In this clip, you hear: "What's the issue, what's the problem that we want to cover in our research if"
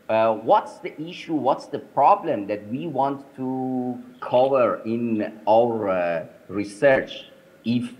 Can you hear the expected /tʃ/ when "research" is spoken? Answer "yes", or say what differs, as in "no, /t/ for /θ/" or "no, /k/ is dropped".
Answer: yes